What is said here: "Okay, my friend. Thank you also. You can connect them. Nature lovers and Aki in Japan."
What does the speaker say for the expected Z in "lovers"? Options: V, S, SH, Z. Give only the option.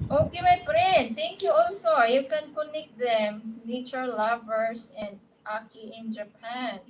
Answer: S